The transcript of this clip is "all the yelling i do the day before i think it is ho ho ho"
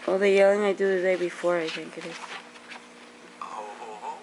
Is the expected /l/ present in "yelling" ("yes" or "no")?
yes